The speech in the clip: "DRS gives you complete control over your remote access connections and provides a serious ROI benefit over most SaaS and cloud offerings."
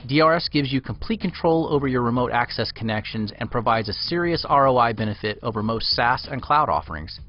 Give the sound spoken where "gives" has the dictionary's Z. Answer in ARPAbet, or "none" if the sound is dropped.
Z